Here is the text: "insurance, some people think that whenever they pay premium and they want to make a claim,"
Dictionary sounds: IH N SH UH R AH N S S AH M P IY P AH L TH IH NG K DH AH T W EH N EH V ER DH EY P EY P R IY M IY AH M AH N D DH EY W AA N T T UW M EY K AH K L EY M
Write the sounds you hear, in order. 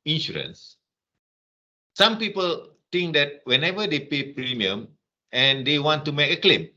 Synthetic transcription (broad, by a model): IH N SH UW R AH N S S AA M P IY P AH L T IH NG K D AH T W EH N EH V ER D EY P EY P R IY M IY AH M AH N D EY W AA N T T UW M EY K AH K L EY M